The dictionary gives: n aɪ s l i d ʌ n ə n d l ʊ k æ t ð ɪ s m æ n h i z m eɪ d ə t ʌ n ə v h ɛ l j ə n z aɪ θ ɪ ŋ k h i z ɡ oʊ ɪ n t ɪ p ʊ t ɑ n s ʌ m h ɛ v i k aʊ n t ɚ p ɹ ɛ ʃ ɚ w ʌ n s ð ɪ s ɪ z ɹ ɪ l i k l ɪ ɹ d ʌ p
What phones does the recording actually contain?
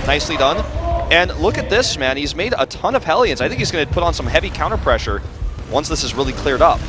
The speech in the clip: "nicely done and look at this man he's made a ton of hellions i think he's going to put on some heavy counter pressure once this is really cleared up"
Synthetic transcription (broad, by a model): n aɪ s l i d ʌ n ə n l ʊ k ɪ t ð ɪ s m æ n h i z m eɪ d ə t ʌ n ə v h ɛ l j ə n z aɪ θ ɪ ŋ k h i z ɡ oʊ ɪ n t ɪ p ʊ t n s ʌ m h ɛ v i k aʊ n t ɚ p ɹ ɛ ʃ ɚ w ʌ n s ð ɪ s ɪ z ɹ ɪ l i k l ɪ ɹ d ʌ p